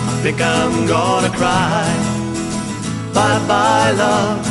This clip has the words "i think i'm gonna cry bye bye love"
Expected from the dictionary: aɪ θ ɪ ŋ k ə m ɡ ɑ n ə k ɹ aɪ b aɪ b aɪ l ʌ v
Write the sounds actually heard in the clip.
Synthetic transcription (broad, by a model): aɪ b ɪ k ə m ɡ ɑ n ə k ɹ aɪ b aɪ b aɪ l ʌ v